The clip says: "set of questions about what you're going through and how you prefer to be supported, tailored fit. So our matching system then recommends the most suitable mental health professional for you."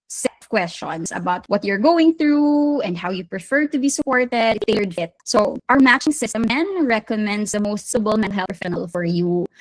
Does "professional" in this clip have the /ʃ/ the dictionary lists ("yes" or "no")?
no